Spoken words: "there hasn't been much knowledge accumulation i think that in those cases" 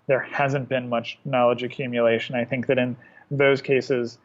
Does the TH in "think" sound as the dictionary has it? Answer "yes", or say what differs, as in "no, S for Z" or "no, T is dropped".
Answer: yes